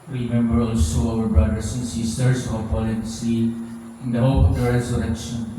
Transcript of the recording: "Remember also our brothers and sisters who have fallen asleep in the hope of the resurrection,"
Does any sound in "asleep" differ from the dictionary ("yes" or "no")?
yes